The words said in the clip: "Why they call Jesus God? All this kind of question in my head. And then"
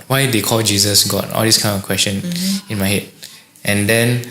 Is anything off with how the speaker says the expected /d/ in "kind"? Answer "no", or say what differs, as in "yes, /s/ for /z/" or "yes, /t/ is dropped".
yes, /d/ is dropped